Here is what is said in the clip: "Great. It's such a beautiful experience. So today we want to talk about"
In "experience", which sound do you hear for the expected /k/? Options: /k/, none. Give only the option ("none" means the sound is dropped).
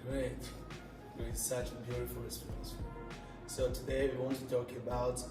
none